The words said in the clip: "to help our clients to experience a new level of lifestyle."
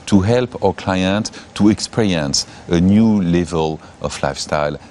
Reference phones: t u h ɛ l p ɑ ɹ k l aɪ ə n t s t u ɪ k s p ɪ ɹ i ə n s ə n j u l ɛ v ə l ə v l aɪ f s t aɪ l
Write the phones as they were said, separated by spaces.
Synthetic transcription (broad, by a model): t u h ɛ l p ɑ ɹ k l aɪ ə n t t u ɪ k s p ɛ ɹ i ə n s ə n j u l ɛ v ə l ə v l aɪ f s t aɪ l